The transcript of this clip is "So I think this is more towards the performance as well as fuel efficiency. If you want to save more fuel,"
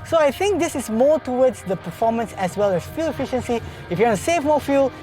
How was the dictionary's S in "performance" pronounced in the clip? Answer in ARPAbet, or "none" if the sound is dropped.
S